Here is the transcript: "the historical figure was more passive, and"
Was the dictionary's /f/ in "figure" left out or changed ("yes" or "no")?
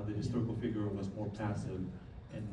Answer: no